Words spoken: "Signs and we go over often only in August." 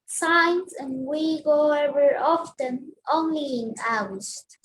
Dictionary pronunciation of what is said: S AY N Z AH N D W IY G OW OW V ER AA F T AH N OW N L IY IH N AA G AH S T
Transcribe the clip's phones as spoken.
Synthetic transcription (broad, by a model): S AY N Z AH N W IY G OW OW ER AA F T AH N OW N L IY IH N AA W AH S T